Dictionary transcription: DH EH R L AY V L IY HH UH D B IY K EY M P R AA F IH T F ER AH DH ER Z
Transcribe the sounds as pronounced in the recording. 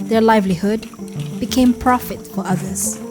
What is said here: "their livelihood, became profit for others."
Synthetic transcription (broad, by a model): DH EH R L AY V L IY HH UH D B IY K EY M P R AA F IH T F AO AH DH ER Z